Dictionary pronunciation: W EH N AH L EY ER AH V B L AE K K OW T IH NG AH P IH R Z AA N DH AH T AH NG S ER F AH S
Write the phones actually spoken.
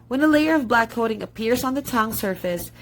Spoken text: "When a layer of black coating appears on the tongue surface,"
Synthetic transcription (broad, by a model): W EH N AH L EY ER AH V B L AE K K OW T IH NG AH P IH R Z N DH AH T AH NG S ER F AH S